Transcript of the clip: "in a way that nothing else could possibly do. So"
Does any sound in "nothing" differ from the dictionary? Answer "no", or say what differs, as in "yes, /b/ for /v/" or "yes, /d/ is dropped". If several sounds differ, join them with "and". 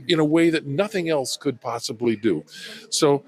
no